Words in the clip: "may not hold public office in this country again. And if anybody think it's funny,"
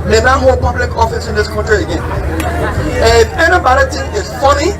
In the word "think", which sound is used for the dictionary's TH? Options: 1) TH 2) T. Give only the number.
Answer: 2